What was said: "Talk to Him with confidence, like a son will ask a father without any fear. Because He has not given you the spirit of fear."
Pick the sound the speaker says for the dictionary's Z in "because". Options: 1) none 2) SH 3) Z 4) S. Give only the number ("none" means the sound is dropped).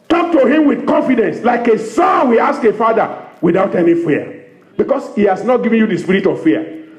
4